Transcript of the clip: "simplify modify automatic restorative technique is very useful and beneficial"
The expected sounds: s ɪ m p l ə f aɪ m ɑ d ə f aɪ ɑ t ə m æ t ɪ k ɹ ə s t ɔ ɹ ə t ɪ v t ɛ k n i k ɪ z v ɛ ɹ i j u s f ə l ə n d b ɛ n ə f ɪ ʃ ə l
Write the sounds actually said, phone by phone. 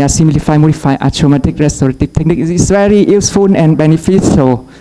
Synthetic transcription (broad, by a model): s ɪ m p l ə f aɪ m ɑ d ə f aɪ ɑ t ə m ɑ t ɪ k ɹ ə s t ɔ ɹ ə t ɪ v t ɛ k n i k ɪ s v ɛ ɹ i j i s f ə n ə n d b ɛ n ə f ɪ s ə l